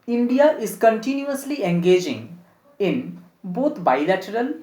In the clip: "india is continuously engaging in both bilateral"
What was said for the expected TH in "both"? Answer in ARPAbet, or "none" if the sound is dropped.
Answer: T